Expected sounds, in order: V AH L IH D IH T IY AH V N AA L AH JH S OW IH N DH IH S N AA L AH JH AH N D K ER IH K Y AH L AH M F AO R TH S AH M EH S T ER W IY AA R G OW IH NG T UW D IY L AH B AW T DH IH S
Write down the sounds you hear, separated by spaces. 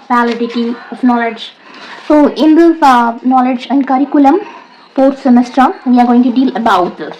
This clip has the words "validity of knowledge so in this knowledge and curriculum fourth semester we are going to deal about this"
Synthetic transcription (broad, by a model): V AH L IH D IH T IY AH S N AA L AH JH S OW IH N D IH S N AA L AH JH AH N D K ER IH K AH L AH M P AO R T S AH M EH S T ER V IY AA R G OW IH NG T UW D IY L AH B AW T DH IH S